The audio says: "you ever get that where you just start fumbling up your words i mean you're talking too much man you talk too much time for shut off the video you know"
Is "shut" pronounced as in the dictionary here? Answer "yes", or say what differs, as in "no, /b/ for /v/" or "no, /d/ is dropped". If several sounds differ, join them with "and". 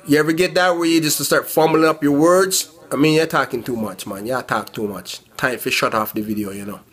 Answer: yes